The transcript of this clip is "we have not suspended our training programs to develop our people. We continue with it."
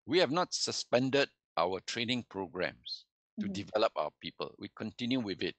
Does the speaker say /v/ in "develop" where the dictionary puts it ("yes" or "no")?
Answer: yes